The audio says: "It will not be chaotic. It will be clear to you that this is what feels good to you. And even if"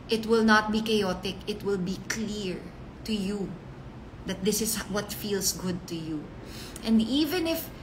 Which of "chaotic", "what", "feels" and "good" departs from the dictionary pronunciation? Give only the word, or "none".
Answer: feels